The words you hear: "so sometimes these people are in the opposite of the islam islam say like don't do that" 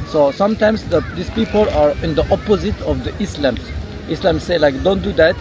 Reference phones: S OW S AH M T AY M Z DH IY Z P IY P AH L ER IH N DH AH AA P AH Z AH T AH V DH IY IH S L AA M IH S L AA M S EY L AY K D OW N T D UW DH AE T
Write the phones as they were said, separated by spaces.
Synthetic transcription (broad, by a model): S OW S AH M T AY M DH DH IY S P IY P AH L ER IH N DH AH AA P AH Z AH T AH V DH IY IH S L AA M IH S L AA M S EY L AY K D OW N T D UW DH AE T